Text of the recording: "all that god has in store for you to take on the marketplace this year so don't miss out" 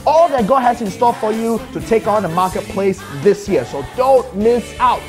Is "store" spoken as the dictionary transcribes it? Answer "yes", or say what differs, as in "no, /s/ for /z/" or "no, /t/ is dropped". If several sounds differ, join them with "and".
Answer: no, /l/ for /ɹ/